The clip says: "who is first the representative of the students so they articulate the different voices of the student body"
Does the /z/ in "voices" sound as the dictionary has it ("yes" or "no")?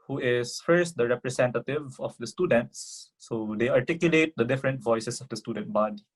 no